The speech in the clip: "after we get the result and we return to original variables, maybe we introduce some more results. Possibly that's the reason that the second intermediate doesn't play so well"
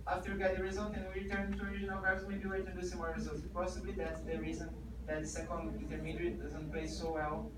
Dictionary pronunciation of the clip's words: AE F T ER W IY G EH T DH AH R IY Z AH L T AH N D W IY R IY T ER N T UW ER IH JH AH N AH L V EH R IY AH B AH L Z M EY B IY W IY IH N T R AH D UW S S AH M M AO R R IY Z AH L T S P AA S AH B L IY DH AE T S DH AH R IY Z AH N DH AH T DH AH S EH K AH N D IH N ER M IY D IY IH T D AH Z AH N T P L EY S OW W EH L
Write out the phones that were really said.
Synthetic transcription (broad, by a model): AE F T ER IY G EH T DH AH R IY Z AH L T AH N W IY R IY T ER N T UW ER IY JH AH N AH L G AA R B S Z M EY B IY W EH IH T AH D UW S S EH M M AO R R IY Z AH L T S P AA S AH B L IY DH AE T S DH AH R IY Z AH N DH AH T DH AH S EH K AH N D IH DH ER M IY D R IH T D AH Z AH N T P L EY S OW W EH L